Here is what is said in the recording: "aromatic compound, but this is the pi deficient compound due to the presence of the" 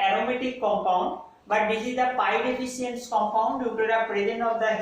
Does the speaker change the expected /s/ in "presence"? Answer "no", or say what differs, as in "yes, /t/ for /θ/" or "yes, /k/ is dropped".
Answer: yes, /s/ is dropped